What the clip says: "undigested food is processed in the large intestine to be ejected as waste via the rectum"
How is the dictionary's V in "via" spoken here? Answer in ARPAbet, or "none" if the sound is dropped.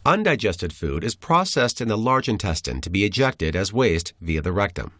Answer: V